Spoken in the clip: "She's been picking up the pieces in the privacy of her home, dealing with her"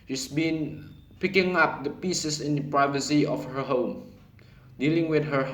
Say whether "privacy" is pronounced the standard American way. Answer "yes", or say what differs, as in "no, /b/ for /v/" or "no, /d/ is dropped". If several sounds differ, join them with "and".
yes